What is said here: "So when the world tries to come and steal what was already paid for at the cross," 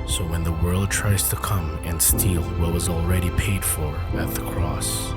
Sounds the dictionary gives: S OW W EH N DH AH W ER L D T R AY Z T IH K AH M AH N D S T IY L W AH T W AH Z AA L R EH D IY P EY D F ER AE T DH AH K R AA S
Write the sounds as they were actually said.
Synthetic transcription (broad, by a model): S OW W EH N DH AH W ER L D T R AY Z T IH K AH M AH N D S T IY L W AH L W AH Z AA L R EH D IY P EY D F ER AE T DH AH K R AA S